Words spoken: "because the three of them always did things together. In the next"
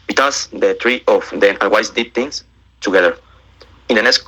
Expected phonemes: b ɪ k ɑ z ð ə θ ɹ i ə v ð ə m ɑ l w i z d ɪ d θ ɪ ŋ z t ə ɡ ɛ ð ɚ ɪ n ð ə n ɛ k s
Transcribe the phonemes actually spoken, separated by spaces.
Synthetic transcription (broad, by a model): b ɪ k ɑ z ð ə t ɹ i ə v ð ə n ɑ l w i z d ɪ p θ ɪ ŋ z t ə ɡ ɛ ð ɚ ɪ n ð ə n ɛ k s